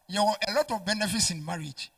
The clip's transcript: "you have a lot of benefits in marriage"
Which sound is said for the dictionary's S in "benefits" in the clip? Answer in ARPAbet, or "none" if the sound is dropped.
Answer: S